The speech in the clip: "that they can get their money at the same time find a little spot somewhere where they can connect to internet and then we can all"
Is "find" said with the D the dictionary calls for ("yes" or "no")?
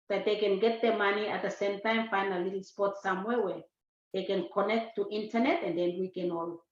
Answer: no